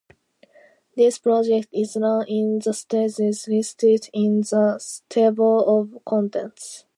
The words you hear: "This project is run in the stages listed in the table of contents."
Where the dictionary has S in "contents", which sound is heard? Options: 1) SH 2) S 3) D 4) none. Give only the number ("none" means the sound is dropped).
2